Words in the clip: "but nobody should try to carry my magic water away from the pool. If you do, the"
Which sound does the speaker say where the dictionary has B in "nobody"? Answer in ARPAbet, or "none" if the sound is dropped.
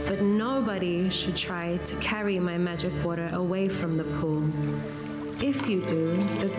B